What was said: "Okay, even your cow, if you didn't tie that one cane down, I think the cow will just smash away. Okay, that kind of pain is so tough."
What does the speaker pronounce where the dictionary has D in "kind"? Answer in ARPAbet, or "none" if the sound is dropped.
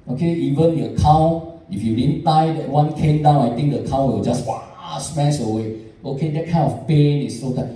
none